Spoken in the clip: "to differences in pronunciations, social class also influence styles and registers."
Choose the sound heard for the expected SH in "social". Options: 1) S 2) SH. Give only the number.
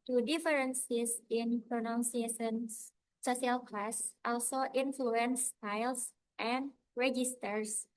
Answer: 1